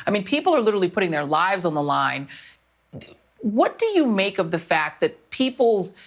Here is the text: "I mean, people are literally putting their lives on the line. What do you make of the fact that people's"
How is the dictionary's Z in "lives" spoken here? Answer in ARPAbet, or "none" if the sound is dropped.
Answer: Z